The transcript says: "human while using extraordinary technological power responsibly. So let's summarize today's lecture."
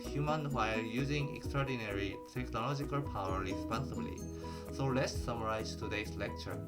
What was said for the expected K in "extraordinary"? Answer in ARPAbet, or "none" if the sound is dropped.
K